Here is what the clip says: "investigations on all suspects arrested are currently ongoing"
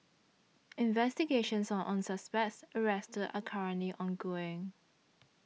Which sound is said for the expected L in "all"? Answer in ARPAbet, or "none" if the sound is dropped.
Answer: N